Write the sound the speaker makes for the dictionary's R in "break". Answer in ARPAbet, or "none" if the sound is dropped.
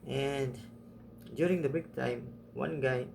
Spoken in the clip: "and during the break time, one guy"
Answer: none